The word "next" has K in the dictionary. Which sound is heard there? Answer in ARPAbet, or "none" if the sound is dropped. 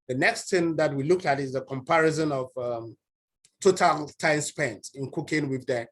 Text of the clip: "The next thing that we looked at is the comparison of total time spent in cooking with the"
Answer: K